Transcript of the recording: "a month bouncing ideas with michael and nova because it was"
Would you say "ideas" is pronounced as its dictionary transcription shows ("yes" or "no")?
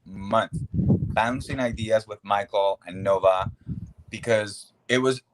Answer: yes